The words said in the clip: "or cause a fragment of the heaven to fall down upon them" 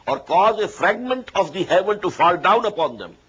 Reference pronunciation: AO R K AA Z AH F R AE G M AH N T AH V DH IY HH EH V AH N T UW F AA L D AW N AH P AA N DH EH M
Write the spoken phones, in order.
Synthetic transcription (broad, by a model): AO R K AA Z AH F R AE G M AH N T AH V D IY HH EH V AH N T UW F AA L D AW N AH P AA N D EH M